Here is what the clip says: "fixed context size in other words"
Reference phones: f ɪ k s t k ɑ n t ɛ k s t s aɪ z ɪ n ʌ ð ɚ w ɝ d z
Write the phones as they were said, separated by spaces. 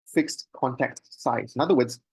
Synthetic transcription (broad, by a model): f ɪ k s t k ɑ n t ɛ k t s aɪ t ɪ n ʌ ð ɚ w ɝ d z